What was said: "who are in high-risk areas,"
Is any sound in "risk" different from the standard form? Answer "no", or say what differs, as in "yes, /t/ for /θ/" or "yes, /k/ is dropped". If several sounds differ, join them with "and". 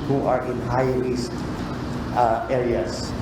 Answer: yes, /k/ is dropped